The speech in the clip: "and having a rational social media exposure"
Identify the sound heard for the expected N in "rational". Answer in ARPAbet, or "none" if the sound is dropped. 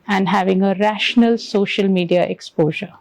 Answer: N